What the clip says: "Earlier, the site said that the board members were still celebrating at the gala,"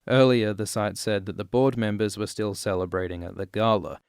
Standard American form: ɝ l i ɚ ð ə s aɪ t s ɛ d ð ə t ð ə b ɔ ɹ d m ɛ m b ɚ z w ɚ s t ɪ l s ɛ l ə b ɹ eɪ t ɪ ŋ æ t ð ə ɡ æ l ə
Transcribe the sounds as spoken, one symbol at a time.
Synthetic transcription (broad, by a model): ɝ l i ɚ ð ə s aɪ t s ɛ d ð ə t ð ə b ɔ ɹ d m ɛ m b ɚ z w ɚ s t ɪ l s ɛ l ə b ɹ eɪ t ɪ ŋ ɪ t ð ə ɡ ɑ l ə